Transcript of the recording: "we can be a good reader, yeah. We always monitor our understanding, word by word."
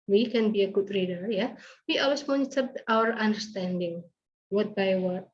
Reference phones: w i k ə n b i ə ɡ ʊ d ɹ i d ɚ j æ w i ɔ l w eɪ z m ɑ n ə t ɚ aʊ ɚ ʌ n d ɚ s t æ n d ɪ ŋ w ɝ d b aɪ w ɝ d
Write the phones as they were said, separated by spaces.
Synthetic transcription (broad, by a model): w i k ə n b i ə ɡ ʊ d ɹ i d ɚ j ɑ w i ɔ l w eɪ s m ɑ n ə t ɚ aʊ ɚ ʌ n d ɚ s t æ n d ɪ ŋ w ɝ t b aɪ w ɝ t